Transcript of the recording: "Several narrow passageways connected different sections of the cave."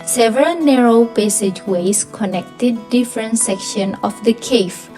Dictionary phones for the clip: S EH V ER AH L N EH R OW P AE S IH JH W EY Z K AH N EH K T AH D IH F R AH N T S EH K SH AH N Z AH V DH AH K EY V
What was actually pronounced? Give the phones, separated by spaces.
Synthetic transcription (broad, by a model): S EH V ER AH L N EH R OW P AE S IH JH W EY S K AH N EH K T AH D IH F R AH N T S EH K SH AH N AH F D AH K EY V